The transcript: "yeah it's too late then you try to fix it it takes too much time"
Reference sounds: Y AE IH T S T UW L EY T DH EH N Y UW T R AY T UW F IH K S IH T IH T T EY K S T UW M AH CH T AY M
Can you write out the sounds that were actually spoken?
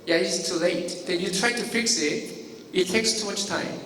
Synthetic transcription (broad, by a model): Y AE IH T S T UW L EY T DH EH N Y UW T R AY T UW F IH K S IH T IH T T EY K S T UW M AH CH T AY M